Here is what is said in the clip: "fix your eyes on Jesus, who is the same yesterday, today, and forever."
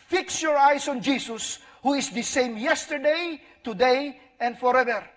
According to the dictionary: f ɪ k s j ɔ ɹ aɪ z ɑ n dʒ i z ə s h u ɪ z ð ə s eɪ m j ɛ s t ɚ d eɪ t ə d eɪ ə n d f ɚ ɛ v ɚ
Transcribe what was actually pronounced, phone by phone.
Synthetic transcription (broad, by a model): f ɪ k s j ɔ ɹ aɪ s ɑ n dʒ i s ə s h u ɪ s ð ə s eɪ m j ɛ s t ɚ d eɪ t ə d eɪ ə n d f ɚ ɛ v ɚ